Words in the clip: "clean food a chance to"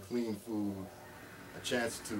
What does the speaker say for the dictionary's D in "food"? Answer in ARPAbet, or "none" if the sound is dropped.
none